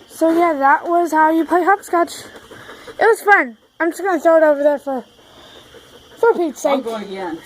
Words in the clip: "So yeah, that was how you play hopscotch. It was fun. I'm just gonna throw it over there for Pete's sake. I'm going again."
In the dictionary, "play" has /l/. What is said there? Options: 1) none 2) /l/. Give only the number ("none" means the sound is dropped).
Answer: 1